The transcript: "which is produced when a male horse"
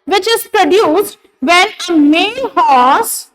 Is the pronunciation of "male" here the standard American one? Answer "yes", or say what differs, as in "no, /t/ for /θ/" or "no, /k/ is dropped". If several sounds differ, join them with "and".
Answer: no, /n/ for /l/